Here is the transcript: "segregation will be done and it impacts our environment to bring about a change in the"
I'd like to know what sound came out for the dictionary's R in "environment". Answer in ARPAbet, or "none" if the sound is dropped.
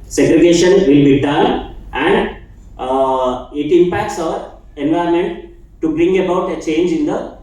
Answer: none